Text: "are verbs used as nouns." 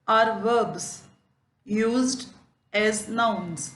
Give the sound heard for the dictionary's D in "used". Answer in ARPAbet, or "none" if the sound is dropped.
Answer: D